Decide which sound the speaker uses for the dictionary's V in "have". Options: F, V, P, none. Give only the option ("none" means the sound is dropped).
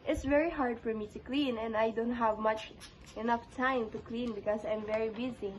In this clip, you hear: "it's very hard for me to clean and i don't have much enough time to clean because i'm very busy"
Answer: V